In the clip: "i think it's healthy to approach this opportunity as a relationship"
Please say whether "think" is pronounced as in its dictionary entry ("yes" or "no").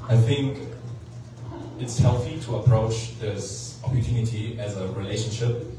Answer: yes